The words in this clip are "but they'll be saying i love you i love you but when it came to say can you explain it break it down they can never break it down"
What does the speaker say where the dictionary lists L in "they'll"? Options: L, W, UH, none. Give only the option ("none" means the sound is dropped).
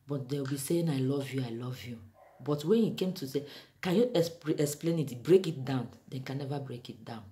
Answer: W